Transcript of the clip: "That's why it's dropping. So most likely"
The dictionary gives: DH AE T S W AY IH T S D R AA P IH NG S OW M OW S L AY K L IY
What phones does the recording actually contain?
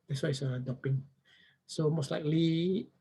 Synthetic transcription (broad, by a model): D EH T S W AY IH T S D AA P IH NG S OW M OW S L AY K L IY